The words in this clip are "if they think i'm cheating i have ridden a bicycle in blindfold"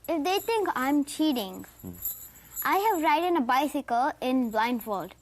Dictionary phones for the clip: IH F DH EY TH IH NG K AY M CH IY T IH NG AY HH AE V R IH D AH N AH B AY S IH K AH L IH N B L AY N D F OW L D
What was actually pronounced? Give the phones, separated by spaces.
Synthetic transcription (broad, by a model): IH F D EY T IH NG K AY M CH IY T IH NG AY HH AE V R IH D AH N AH B AY S IH K AH L IH N B L AY N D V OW L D